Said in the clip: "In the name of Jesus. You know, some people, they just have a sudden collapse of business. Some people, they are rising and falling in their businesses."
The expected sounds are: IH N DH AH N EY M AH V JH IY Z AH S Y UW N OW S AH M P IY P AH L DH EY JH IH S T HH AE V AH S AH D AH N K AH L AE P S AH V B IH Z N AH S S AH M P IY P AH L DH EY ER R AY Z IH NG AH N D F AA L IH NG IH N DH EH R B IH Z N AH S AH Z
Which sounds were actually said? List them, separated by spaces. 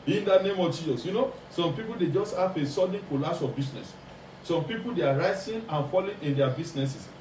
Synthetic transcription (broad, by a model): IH N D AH N EY M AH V JH IY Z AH S Y UW N OW S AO M P IY P AH L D EY JH IH S T HH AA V AH S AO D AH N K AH L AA S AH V B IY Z N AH S S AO M P IY P AH L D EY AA R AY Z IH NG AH N F AA L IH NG IH N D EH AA B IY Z N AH S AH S